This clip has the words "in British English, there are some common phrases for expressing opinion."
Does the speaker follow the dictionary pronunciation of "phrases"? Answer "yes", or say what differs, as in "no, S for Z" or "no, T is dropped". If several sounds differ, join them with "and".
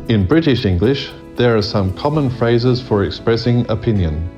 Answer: yes